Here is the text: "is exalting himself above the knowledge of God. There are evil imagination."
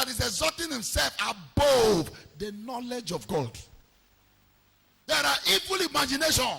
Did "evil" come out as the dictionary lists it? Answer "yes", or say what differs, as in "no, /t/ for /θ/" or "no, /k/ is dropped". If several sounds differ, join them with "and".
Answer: yes